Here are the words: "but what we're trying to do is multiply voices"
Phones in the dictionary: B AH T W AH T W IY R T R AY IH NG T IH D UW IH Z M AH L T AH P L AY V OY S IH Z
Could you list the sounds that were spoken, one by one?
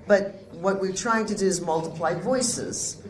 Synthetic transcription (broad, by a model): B AH T W AH T W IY R T R AY IH NG T IH D UW IH Z M AH L T AH P L AY V OY S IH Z